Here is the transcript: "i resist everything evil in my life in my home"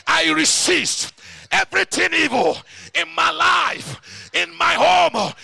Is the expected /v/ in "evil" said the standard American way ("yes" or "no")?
yes